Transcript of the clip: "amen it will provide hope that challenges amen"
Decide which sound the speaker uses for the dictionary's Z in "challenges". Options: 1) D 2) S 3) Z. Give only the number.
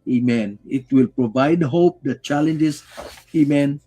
2